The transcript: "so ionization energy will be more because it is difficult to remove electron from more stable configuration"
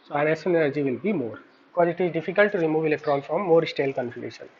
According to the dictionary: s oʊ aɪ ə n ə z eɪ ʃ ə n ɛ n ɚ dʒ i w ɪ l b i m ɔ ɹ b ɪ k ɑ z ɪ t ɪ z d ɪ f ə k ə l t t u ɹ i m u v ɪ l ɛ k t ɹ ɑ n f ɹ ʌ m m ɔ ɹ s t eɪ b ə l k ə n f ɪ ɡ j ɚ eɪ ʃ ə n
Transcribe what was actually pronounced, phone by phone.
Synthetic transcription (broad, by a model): s oʊ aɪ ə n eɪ s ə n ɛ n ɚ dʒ i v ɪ l b i m ɔ ɹ b ɪ k ɑ z ɪ t ɪ z d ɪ f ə k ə l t t u ɹ i m u v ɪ l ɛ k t ɹ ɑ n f ɹ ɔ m m ɔ ɹ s t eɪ l k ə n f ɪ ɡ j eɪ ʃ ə n